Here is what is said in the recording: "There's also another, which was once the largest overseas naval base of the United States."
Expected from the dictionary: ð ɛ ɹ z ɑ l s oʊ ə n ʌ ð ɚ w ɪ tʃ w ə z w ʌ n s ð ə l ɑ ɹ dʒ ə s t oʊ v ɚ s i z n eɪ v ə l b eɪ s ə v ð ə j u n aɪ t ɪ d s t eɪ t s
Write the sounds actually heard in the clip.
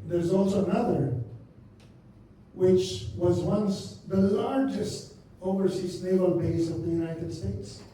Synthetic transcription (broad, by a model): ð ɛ ɹ z ɑ l s oʊ ə n ʌ ð ɚ w ɪ tʃ w ə z w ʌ n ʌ ð ə l ɑ ɹ dʒ ə s t oʊ v ɚ s i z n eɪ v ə l b eɪ s ə v ð ə j u n aɪ t ɪ d s t eɪ t s